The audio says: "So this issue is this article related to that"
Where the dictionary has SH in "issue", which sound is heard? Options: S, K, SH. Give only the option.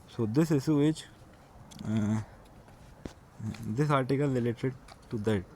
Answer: S